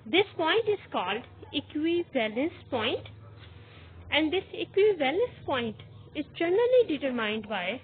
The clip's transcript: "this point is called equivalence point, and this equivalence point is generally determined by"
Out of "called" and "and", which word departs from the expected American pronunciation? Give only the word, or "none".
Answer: none